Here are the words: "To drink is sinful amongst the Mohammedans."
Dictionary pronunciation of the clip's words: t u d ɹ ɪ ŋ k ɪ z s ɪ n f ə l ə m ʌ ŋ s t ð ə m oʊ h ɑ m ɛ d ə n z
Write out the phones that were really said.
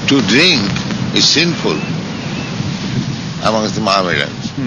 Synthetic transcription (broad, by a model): t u d ɹ ɪ ŋ k ɪ z s ɪ n f ə l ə m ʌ ŋ s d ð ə m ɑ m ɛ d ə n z